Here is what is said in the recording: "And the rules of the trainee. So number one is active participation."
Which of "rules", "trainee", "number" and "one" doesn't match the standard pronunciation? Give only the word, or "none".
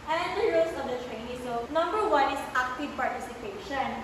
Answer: rules